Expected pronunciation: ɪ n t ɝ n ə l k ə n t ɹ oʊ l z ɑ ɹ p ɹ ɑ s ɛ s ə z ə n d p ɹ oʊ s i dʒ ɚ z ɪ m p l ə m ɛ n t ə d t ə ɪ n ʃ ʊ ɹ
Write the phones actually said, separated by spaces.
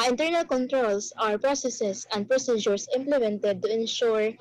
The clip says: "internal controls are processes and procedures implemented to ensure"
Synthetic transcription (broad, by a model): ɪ n t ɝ n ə l k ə n t ɹ oʊ l s ɑ ɹ p ɹ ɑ s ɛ s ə s ə n d p ɹ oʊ s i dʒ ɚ s ɪ m p l ə m ɛ n t ə d t ə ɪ n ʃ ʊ ɹ